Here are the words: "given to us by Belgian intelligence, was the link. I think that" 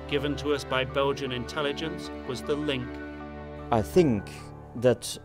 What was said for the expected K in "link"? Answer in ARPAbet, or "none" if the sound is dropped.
K